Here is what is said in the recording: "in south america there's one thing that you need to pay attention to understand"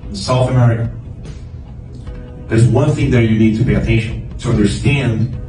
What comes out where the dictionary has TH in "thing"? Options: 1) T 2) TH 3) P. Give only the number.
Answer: 2